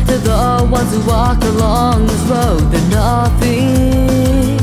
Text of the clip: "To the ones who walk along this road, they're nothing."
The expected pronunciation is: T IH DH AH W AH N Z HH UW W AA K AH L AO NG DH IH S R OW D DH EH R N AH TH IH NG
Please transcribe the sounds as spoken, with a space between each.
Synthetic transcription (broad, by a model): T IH DH AH W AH N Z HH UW W AA K AH L AO NG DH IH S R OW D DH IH N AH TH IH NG